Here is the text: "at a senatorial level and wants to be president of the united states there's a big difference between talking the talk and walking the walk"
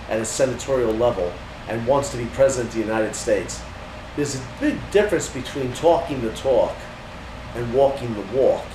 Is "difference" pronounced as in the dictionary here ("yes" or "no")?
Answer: yes